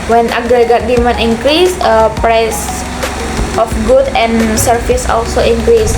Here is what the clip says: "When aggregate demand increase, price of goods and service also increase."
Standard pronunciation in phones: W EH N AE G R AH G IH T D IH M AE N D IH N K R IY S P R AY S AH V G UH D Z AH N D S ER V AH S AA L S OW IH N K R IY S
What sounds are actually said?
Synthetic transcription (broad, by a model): W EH N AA G R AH G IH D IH M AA N IH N K R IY S P R AY S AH F G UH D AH N S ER F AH S AA L S OW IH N K R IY S